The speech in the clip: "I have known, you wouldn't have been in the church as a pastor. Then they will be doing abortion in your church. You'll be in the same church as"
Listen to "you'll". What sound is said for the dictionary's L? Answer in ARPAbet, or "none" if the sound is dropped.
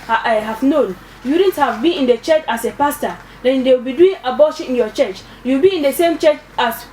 W